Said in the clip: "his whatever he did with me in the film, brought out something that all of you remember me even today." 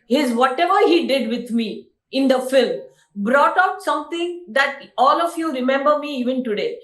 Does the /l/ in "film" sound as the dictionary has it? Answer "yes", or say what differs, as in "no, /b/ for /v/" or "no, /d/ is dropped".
yes